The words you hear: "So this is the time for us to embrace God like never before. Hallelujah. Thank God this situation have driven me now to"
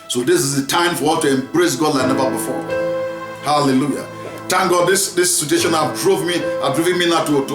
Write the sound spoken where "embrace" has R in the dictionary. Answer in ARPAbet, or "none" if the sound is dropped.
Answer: R